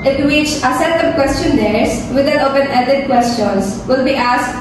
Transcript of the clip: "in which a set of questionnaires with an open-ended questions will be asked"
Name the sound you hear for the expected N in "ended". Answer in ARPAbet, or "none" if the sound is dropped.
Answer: none